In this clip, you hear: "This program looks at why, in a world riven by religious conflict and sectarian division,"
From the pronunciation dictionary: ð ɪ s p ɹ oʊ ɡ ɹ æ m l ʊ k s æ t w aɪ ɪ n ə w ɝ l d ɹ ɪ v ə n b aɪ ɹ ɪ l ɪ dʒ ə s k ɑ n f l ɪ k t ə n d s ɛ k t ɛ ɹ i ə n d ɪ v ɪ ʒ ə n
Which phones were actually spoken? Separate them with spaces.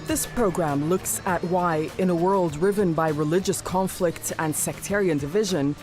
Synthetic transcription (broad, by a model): ð ɪ s p ɹ oʊ ɡ ɹ æ m l ʊ k s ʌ t w aɪ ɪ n ə w ɝ l d ɹ ɪ v ə n b aɪ ɹ ɪ l ɪ dʒ ə s k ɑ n f l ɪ k t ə n s ɛ k t ɛ ɹ i ə n d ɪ v ɪ ʒ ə n